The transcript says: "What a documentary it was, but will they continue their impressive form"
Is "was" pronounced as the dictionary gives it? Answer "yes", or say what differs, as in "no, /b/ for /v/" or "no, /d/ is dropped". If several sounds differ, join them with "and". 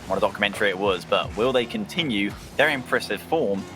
yes